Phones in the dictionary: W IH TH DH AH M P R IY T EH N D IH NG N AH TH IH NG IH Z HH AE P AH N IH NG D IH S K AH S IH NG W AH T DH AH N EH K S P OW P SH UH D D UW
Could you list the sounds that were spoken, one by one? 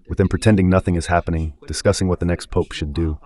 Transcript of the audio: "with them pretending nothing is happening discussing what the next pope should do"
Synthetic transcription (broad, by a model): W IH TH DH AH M P R IY T EH N D IH NG N AH TH IH NG IH Z HH AE P AH N IH NG D IH S K AH S IH NG W AH T DH AH N EH K S P OW P SH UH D D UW